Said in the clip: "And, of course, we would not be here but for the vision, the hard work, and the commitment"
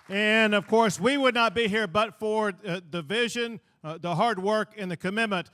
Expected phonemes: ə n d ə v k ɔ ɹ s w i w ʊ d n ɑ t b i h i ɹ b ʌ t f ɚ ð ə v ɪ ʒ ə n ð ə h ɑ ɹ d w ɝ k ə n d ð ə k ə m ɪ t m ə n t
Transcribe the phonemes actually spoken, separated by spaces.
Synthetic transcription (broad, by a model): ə n ə v k ɔ ɹ s w i w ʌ d n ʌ t b i h i ɹ b ʌ t f ɚ ð ə v ɪ ʒ ə n ð ə h ɑ ɹ d w ɝ k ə n ð ə k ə m ɪ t m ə n t